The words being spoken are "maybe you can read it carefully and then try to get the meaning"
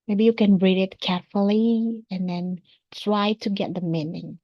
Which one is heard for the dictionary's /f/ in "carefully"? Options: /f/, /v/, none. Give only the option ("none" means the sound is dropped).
/f/